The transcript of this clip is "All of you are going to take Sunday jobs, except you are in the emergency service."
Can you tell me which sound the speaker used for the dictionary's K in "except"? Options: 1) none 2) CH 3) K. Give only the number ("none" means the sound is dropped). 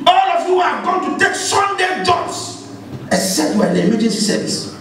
1